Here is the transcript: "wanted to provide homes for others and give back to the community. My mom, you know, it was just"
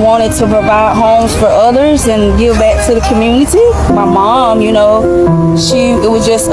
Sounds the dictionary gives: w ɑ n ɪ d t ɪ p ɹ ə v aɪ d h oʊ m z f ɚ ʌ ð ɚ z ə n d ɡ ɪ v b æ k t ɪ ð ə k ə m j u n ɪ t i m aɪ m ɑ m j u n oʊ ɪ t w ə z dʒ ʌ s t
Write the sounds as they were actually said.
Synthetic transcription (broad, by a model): w ɑ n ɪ d t ɪ p ɹ ə v aɪ d h oʊ m z f ɚ ʌ ð ɚ z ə n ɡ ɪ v b æ k t ɪ ð ə k ə m j u n ɪ t i m aɪ m ɑ m j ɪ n oʊ ɪ t w ə z dʒ ʌ s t